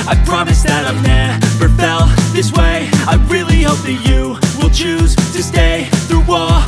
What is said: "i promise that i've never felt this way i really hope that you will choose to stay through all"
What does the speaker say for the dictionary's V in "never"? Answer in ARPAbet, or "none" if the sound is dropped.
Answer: B